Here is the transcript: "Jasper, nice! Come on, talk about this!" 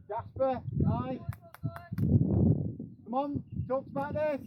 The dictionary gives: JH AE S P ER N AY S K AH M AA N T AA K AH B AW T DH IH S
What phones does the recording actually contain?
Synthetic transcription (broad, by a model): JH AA S P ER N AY K AH M AA N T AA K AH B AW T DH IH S